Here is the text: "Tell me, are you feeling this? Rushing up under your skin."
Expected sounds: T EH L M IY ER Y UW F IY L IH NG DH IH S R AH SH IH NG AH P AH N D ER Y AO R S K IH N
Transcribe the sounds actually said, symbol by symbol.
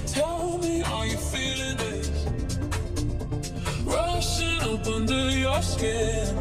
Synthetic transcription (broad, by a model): T EH L M IY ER Y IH F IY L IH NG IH SH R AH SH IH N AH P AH N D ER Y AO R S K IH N